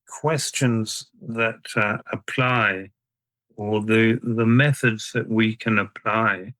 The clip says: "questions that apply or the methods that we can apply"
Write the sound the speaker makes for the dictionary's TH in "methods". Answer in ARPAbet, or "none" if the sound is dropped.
TH